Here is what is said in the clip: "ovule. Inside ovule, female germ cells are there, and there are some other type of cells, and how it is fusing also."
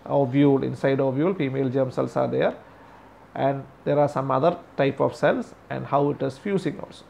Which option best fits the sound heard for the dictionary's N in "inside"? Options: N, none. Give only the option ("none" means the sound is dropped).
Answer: N